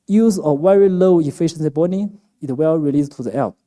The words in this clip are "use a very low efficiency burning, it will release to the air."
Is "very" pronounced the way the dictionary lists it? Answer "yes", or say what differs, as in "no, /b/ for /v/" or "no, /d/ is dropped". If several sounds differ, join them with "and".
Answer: no, /w/ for /v/